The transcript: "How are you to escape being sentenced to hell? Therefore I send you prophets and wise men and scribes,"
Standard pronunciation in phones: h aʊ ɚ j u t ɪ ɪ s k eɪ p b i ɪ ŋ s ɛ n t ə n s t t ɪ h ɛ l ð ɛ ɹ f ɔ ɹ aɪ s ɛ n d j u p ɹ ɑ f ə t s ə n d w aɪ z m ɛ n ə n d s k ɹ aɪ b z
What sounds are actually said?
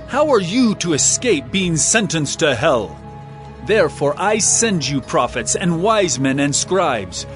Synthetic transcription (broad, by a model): h aʊ ɚ j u t ɪ ɪ s k eɪ p b i ɪ ŋ s ɛ n t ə n s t t ɪ h ɛ l ð ɛ ɹ f ɔ ɹ aɪ s ɛ n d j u p ɹ ɑ f ə t s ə n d w aɪ z m ɛ n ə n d s k ɹ aɪ b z